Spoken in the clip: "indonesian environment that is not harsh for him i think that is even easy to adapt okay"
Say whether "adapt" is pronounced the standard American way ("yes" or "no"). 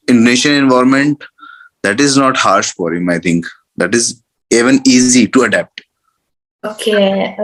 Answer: yes